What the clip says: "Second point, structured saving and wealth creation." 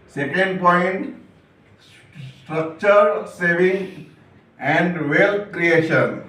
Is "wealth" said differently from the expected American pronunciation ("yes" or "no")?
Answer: yes